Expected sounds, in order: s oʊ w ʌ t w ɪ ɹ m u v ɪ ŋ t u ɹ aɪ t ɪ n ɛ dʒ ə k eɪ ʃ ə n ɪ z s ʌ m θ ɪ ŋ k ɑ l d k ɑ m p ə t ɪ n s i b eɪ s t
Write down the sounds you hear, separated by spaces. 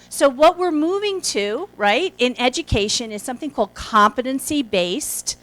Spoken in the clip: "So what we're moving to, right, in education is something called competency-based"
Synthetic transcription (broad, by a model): s oʊ w ʌ t w ɪ ɹ m u v ɪ ŋ t u ɹ aɪ t ɪ n ɛ dʒ ə k eɪ ʃ ə n ɪ z s ʌ m θ ɪ ŋ k ɑ l d k ɑ m p ə t ɪ n s i b eɪ s t